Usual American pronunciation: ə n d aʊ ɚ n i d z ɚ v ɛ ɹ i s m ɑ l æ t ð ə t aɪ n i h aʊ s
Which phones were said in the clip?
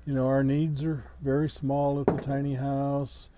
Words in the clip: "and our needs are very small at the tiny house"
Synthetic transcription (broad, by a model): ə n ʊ aʊ ɚ n i d z ɚ v ɛ ɹ i s m ɑ l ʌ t ð ə t aɪ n i h aʊ s